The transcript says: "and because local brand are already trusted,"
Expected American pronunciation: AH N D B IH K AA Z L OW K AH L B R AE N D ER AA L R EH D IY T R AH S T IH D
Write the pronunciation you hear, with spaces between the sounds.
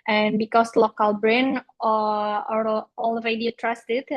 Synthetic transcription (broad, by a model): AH N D B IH K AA S L OW K AH L B R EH N ER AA L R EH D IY T R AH S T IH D